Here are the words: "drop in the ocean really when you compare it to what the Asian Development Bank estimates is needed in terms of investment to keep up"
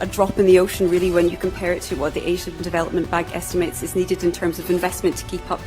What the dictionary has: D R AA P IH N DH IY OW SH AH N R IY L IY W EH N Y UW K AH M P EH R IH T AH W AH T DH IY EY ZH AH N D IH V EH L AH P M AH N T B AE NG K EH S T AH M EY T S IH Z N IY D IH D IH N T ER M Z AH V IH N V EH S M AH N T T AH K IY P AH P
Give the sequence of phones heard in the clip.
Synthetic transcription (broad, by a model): D R AA P IH N DH IY OW SH AH N R IY L IY W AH N Y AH K AH M P EH R IH T AH W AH T DH IY EY ZH AH N D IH V EH L AH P M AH N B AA NG K EH S T AH M EY T S IH Z N IY D IH D IH N T ER M Z AH V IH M V EH S M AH N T T AH K IY P AH P